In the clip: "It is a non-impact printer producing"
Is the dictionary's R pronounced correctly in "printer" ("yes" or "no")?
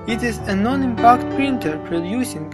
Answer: yes